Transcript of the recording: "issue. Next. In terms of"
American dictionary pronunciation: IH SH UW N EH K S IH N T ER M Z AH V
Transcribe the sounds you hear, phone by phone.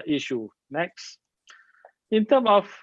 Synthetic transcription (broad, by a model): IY SH UW N EH K S IH N T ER M AH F